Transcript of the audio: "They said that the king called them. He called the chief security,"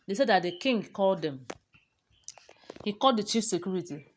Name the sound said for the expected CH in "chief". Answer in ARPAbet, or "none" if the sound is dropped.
CH